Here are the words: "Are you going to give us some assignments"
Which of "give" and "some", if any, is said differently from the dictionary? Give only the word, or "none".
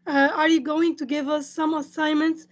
none